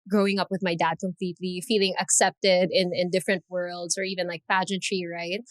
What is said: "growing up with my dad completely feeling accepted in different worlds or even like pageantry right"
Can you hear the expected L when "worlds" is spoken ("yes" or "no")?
yes